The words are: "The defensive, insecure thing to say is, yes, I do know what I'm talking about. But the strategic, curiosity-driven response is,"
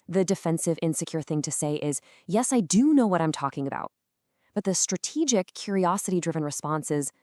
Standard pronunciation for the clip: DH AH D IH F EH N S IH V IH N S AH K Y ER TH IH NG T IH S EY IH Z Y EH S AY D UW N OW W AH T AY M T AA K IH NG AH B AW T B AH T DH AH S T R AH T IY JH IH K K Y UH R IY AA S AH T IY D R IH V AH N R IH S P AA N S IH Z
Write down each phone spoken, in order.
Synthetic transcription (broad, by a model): DH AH D IH F EH N S IH V IH N S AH K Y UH TH IH NG T IH S EY IH Z Y EH S AY D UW N OW W AH T AY M T AA K IH NG AH B AW T B AH T DH AH S T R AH T IY JH IH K K Y UH R IY AA S AH T IY D R IH V AH N R IH S P AA N S IH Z